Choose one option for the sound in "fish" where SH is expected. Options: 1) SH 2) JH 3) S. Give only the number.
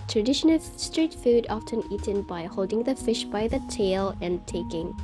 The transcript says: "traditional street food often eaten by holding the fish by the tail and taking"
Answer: 1